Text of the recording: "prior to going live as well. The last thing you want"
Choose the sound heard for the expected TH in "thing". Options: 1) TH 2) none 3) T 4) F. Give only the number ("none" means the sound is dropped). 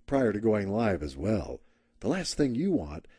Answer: 1